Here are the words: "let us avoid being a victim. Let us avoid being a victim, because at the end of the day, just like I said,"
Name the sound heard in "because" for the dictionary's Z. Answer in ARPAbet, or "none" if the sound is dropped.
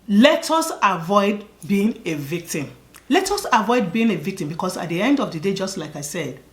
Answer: S